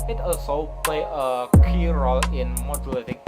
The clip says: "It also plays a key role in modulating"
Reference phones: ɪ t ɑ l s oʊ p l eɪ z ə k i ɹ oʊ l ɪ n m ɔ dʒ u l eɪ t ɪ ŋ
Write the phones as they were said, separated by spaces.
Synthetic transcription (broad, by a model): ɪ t ɑ l s oʊ p l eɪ ə k i ɹ oʊ l ɪ n m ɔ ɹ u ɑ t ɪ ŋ